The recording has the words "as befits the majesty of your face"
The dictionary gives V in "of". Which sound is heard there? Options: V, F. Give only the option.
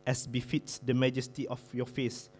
F